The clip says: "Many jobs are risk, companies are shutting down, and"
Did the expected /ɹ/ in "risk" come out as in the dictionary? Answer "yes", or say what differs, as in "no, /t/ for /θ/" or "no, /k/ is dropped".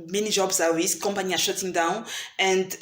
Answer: no, /w/ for /ɹ/